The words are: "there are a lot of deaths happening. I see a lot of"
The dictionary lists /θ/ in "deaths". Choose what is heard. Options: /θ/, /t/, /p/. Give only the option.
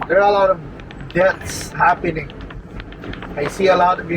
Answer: /t/